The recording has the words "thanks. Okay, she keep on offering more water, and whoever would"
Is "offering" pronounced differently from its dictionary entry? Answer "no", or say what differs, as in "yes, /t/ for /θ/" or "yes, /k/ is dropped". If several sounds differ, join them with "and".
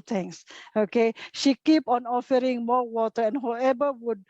no